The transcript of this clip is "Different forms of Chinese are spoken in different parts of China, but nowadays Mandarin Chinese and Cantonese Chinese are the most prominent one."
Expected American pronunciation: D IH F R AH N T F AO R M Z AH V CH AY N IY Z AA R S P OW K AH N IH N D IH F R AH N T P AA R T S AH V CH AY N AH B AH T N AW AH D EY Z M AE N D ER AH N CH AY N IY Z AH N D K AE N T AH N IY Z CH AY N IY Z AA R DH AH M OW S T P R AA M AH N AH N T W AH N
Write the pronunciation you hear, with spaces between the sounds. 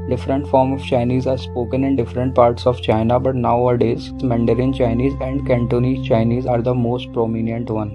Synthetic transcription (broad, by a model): D IH F R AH N T F AO R M AH V CH AY N IY Z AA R S P OW K AH N IH N D IH F R AH N T P AA R T S AH V CH AY N AH B AH T N AW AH D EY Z M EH N D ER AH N CH AY N IY Z AH N D K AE N T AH N IY CH AY N IY Z AA R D AH M OW S T P R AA M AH N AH N T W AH N